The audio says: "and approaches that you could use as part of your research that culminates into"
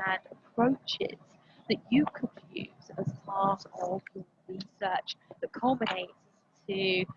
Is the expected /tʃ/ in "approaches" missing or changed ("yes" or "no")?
no